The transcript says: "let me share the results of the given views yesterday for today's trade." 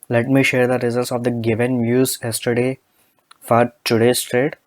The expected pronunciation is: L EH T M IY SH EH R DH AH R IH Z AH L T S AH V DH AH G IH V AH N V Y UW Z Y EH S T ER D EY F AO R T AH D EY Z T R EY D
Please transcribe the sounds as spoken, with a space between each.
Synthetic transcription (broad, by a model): L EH T M IY SH EH R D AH R IH Z AH L T S AH V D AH G IH V AH N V Y UW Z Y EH S T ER D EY F AO R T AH D EY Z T R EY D